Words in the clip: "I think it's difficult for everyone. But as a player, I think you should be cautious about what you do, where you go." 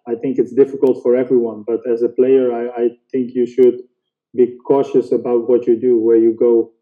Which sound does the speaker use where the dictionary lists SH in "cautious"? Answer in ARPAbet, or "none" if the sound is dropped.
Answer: SH